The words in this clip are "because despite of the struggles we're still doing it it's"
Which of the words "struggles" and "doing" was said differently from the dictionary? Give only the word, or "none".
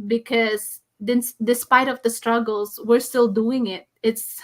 none